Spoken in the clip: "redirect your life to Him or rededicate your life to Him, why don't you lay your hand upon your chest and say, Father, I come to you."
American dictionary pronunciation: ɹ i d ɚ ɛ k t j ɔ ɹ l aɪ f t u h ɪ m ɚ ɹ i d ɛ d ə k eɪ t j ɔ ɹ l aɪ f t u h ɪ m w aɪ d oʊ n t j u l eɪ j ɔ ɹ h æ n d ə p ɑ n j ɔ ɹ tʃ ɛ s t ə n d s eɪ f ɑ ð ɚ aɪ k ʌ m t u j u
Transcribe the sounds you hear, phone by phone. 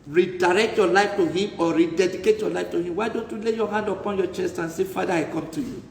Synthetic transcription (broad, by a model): ɹ i d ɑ ɛ k t j ɔ l aɪ f t u h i m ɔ ɹ i d ɛ d ə k eɪ t j ɔ l aɪ f t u h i m w aɪ d oʊ n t j u l eɪ j ɔ h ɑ n d ə p ɑ n j ɔ tʃ ɛ s t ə n s eɪ f ɑ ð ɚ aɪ k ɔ m t u j u